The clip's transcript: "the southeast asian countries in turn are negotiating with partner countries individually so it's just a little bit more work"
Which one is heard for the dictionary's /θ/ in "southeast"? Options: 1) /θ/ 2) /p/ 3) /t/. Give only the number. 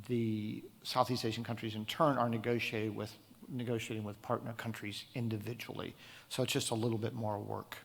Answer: 1